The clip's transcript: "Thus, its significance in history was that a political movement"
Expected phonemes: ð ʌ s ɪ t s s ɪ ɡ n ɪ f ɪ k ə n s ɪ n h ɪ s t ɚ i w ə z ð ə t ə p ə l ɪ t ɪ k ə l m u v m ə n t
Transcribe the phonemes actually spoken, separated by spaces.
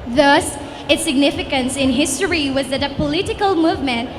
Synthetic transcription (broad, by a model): ð ʌ s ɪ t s s ɪ ɡ n ɪ f ɪ k ə n s ɪ n h ɪ s t ɚ i w ə z ð ə t ə p ə l ɪ t ɪ k ə l m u v m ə n t